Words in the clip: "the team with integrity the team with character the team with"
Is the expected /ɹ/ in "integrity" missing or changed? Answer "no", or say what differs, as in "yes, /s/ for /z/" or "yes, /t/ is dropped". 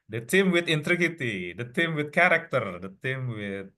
yes, /ɹ/ is dropped